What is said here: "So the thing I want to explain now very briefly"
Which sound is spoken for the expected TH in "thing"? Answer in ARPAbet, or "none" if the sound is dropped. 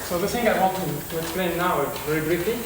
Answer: S